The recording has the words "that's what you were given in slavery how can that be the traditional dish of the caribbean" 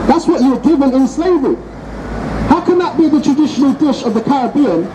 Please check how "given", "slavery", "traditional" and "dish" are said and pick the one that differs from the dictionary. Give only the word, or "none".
none